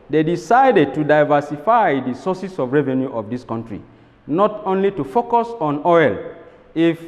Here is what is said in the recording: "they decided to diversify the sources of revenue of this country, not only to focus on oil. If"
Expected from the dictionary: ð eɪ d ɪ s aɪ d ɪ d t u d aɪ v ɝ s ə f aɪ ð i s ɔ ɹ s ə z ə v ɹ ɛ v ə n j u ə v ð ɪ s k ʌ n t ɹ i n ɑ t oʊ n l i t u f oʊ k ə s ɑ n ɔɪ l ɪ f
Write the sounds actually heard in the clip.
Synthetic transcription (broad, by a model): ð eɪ d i s aɪ d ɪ d t u d aɪ v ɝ s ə f aɪ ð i s ɔ s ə s ə v ɹ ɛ v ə n j u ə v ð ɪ s k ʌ n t ɹ i n ɑ t oʊ n l i t u f oʊ k ə s ɑ n ɔɪ l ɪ f